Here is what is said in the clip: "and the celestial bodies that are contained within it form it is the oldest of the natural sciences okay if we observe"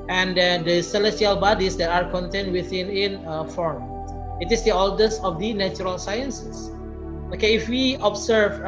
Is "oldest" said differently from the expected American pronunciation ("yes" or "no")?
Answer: yes